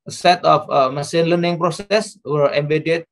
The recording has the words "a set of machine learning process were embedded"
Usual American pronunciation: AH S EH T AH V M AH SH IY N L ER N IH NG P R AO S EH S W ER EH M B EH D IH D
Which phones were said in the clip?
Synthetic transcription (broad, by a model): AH S EH T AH F M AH S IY N L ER N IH NG P R AO S EH S W ER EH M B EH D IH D